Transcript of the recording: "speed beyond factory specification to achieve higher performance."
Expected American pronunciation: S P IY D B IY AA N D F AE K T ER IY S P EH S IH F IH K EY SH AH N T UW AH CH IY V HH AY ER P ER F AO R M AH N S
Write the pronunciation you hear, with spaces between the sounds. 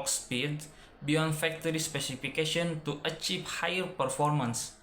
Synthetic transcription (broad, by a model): S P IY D B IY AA N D F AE K T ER IY S P EH S IH F IH K EY SH AH N T UW AH CH IY V HH AY ER P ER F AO R M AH N S